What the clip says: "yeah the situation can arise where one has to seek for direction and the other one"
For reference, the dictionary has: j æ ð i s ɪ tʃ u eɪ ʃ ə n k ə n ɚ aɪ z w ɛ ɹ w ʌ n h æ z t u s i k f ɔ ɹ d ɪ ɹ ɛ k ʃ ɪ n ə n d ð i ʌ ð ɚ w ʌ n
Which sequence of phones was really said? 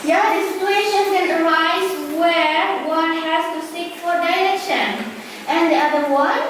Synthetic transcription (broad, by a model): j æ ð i s ɪ tʃ u eɪ ʃ ə n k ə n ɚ aɪ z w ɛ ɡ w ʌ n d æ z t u s i k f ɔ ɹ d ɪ l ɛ k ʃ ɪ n ə n d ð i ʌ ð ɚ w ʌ